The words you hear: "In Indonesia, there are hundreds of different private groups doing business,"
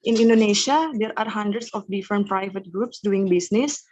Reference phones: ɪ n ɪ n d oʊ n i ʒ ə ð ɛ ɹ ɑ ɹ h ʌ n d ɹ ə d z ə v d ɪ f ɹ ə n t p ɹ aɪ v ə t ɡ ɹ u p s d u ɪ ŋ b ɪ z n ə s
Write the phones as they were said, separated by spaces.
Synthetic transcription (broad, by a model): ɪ n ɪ n d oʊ n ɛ ʃ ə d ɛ ɹ ɑ ɹ h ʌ n d ɹ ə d s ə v d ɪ f ɹ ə n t p ɹ aɪ v ə t ɡ ɹ u p s d u ɪ ŋ b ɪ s n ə s